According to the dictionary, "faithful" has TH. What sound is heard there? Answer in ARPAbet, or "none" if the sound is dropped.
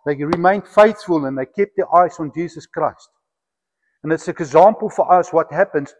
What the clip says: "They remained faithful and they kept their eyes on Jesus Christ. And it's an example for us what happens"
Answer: TH